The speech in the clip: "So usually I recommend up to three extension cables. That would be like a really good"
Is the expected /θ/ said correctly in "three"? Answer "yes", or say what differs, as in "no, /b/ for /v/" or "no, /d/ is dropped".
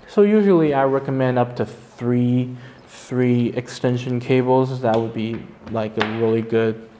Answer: yes